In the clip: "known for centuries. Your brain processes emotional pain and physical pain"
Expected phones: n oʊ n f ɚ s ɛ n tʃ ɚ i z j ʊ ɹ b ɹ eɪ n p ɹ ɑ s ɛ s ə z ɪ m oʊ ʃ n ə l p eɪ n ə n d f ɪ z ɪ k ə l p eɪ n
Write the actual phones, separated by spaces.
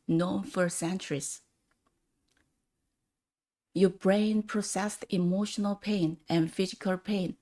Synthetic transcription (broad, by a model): n oʊ n f ɚ s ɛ n tʃ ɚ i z j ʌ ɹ b ɹ eɪ n p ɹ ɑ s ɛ s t ɪ m oʊ ʃ n ə l p eɪ n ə n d f ɪ z ɪ k ə l p eɪ n